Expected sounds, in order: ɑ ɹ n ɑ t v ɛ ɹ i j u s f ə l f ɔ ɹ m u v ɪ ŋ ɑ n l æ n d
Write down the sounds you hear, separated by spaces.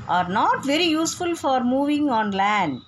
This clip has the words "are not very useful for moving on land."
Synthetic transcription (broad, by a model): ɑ ɹ n ɑ t v ɛ ɹ i j u s f ə l f ɔ ɹ m u v ɪ ŋ ɑ n l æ n d